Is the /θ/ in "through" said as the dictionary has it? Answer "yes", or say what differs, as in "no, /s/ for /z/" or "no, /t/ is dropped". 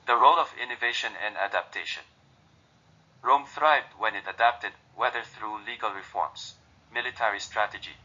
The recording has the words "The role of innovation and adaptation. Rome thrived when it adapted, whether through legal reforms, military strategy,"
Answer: yes